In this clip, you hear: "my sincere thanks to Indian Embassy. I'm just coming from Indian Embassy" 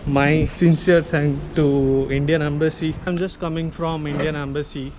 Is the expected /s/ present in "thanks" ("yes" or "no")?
no